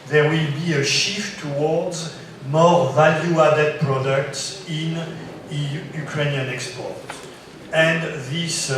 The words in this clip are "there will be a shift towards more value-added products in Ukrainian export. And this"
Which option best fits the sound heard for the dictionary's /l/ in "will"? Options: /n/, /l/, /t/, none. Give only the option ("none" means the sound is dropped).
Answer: /l/